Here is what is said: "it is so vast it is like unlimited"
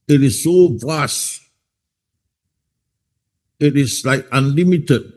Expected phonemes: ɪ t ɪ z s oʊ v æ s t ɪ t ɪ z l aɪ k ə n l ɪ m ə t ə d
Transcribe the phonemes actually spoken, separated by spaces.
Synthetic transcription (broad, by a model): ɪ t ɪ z s oʊ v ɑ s ɪ t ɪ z l aɪ k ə n l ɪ m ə t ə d